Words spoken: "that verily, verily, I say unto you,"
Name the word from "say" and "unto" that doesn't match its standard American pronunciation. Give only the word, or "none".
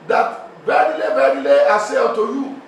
unto